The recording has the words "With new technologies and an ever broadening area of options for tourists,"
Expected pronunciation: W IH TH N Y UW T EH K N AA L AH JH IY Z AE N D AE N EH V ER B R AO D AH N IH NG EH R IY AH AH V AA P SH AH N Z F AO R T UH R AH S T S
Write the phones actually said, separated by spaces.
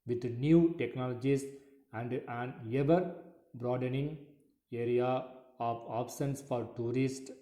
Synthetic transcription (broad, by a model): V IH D N Y UW T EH K N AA L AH JH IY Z AE N D AE N EH V ER B R AO D AH N IH NG EH R IY AH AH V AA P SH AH N S F AO R T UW R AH S T